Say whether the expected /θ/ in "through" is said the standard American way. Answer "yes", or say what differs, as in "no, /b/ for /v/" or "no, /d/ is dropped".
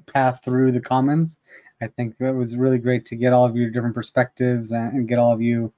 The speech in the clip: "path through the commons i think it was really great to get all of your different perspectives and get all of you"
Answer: yes